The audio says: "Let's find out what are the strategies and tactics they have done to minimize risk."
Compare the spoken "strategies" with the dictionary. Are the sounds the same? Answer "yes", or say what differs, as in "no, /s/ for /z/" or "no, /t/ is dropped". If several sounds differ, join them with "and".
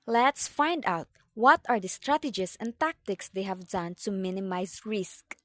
no, /s/ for /z/